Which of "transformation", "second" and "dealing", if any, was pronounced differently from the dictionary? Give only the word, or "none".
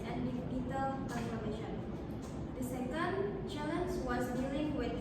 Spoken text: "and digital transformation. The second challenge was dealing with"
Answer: transformation